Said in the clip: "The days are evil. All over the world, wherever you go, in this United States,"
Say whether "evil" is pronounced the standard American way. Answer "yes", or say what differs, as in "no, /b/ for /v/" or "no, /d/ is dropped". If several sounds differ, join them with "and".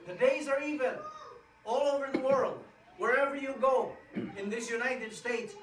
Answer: no, /n/ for /l/